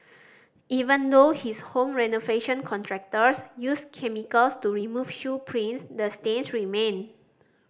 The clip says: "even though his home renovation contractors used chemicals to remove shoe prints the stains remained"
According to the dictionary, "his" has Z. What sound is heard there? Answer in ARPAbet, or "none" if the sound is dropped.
S